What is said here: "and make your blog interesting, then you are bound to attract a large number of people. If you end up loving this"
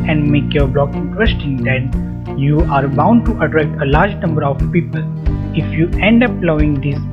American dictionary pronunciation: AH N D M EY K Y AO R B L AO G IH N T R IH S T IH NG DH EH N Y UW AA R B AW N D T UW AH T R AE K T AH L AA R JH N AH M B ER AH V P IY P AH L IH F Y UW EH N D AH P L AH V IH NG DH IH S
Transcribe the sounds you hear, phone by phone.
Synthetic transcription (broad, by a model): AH N D M EY K Y AO R B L AO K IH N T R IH S T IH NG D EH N Y UW AA R B AW N D T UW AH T R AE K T AH L AA R JH N AH M B ER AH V P IY P AH L IH F Y UW EH N D AH P L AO IH NG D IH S